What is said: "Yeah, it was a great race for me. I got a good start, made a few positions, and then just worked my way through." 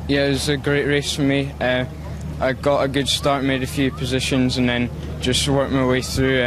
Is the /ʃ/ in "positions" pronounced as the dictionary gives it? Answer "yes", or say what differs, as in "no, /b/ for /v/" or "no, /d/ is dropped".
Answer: yes